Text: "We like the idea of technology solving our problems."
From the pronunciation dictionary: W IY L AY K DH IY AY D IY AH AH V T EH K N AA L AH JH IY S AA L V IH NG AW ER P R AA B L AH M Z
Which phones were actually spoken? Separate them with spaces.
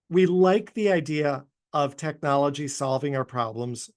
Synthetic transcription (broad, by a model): W IY L AY K DH IY AY D IY AH AH V T EH K N AA L AH JH IY S AA L V IH NG AW ER P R AA B L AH M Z